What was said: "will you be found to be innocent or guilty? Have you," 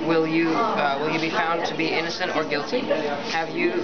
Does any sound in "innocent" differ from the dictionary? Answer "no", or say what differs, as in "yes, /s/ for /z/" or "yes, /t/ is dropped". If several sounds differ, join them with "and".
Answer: no